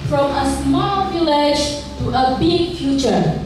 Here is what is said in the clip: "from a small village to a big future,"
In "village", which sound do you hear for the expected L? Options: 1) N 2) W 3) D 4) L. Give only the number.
4